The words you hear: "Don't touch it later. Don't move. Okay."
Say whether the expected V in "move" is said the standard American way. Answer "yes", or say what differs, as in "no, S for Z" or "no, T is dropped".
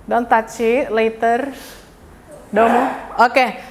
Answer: no, V is dropped